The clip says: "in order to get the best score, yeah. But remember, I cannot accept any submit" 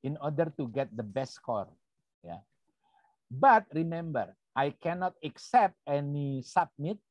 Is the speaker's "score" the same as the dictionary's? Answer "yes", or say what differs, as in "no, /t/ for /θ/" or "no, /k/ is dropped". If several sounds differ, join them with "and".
yes